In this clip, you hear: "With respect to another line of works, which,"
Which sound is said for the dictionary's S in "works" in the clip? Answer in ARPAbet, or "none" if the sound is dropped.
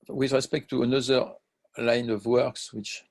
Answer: S